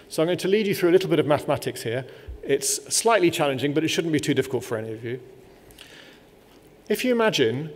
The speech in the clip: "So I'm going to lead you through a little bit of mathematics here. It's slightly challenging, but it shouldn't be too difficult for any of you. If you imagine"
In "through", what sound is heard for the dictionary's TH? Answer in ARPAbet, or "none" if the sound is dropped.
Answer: TH